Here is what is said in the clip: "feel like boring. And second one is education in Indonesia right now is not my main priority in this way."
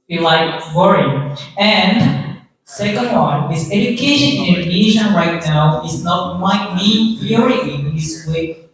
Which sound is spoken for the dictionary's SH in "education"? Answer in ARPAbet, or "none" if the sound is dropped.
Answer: none